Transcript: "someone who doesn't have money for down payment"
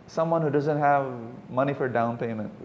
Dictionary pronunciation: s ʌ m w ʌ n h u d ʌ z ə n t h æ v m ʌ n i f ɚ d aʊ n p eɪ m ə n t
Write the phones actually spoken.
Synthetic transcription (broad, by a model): s ʌ m w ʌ n h u d ʌ z ə n t h æ v m ʌ n i f ɚ d aʊ n p eɪ m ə n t